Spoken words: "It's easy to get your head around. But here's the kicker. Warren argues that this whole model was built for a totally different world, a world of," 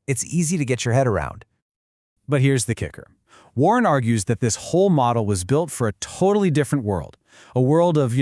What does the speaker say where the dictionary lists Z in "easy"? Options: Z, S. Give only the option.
Z